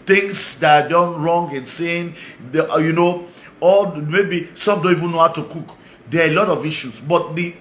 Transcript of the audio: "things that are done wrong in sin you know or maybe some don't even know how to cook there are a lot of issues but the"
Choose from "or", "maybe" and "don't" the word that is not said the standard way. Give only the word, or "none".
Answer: or